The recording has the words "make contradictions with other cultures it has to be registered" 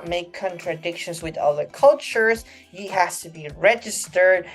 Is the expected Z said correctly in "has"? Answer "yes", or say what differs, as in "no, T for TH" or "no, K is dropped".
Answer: no, S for Z